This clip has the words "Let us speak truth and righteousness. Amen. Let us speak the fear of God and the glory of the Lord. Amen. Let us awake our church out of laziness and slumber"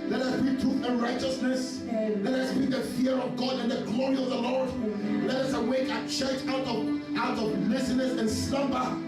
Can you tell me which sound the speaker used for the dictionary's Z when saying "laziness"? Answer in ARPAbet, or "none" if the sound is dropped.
S